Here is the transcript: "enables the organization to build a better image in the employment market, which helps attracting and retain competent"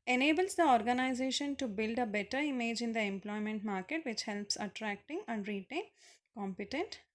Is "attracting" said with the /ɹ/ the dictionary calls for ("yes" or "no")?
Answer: yes